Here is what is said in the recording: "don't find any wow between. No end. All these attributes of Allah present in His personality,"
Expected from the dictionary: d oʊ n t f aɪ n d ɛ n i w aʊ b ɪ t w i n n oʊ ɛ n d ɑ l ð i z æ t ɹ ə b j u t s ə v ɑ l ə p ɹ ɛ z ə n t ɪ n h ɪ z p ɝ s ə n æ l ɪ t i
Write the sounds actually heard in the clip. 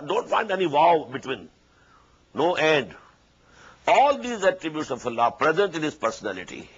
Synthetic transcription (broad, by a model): d oʊ n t f aɪ n d ɛ n i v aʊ b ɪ t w i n n oʊ ɛ n d ɑ l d i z æ t ɹ ə b j u t s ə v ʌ l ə p ɹ ɛ z ə n t ɪ n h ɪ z p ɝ s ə n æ l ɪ t i